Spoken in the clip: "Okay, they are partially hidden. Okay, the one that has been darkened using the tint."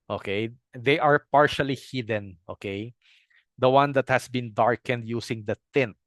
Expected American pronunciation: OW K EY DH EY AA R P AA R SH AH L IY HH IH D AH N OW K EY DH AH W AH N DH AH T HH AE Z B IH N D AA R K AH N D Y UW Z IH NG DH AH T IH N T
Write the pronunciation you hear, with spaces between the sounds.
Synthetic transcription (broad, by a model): OW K EY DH EY AA R P AA R SH AH L IY HH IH D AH N OW K EY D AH W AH N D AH T HH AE S B IH N D AA R K AH N D Y UW S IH NG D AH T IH N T